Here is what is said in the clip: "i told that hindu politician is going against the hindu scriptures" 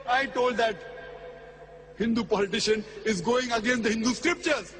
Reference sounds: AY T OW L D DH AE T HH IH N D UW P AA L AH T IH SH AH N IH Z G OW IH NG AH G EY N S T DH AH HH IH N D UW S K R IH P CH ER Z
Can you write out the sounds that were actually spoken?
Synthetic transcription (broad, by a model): AY T OW L D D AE T HH IH N D UW P AA L AH T IH SH AH N IH Z G OW IH NG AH G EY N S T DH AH HH IH N D UW S K R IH P CH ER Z